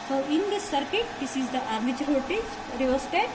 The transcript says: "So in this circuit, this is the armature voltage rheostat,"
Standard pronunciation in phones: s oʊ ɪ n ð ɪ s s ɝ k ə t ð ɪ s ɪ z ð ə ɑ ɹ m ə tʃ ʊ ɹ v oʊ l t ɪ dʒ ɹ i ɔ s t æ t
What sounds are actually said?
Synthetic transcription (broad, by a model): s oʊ ɪ n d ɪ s s ɝ k ə t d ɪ s ɪ z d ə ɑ ɹ m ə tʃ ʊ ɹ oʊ t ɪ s ɹ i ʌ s t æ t